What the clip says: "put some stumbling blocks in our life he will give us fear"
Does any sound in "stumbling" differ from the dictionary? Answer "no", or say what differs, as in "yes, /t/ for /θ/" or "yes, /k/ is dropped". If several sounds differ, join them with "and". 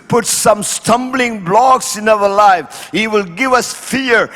no